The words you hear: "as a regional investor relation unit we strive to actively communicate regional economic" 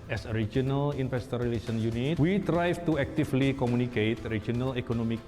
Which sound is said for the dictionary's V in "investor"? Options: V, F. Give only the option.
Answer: F